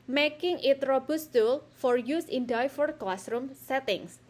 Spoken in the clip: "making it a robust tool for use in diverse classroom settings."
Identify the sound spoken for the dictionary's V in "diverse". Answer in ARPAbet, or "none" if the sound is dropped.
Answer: F